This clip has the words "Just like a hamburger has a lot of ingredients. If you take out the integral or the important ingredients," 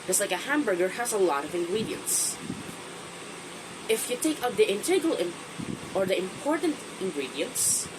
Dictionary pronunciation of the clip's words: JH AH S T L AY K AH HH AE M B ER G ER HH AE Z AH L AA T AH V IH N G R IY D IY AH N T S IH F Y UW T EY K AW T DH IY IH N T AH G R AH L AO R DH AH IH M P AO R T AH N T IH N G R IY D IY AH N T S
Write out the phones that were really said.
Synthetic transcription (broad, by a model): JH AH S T L AY K AH HH AE M B ER G ER HH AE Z AH L AA T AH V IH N G R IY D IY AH N T S IH F Y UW T EY K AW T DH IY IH N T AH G AH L AO R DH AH IH M P AO R T AH N T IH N G R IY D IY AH N T S